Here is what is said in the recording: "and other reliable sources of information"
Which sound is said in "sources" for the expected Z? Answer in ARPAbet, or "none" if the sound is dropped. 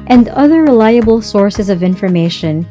Z